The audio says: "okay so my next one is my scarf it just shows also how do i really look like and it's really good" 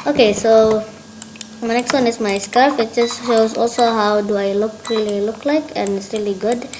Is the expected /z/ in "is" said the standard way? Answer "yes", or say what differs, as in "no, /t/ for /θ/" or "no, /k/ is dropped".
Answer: no, /s/ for /z/